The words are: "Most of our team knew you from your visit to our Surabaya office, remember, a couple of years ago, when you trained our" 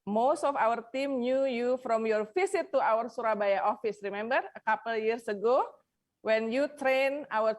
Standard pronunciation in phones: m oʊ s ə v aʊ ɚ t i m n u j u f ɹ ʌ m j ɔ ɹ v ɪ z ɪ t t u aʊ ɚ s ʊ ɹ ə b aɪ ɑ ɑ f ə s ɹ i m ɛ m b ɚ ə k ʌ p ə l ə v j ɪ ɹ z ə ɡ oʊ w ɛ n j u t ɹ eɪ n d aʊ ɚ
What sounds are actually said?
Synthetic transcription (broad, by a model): m oʊ s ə f aʊ ɚ t i m n u j u f ɹ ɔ m j ɔ ɹ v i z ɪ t t u aʊ ɚ s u ɹ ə b aɪ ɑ ɑ f ə s ɹ i m ɛ m b ɚ ə k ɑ p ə l j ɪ ɹ s ə ɡ oʊ w ɛ n j u t ɹ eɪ n aʊ ɚ